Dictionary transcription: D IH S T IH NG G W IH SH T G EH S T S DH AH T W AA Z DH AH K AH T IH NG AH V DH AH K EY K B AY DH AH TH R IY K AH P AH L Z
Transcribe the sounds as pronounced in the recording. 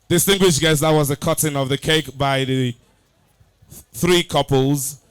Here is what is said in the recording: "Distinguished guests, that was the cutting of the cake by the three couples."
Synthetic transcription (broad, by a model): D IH S T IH NG G W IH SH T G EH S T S DH AH T W AA Z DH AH K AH T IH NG AH V DH AH K EY K B AY DH AH TH R IY K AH P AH L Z